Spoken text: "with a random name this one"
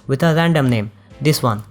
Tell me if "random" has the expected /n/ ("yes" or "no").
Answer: yes